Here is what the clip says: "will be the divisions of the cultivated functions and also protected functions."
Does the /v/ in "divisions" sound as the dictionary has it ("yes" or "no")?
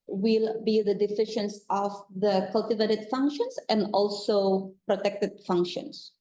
no